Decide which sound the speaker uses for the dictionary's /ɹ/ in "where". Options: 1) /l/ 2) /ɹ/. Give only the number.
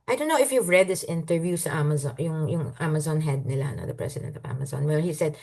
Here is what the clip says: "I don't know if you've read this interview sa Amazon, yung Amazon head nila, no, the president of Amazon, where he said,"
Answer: 1